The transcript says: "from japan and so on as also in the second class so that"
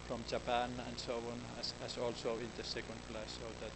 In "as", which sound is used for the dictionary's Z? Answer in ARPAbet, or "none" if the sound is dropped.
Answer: S